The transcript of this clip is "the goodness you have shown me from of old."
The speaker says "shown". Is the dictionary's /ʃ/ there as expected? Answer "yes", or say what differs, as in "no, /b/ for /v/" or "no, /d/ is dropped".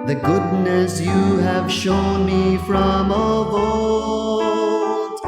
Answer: yes